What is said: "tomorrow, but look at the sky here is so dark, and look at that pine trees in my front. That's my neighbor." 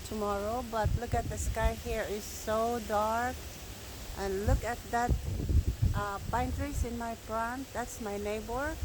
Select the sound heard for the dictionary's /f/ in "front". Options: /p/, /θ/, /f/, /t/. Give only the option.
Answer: /p/